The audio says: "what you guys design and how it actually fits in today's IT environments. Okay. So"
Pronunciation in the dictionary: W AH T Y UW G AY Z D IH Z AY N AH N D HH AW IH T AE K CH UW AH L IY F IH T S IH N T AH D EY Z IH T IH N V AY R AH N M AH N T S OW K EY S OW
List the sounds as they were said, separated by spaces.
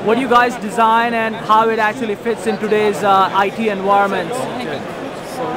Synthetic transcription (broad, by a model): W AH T Y UW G AY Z D IH Z AY N AH N D HH AW IH T AE K CH UW AH L IY F IH T S IH N T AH D EY Z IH T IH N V AY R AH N M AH N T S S